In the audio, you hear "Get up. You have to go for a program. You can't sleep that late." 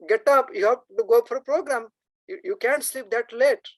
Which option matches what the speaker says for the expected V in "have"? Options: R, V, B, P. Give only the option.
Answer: P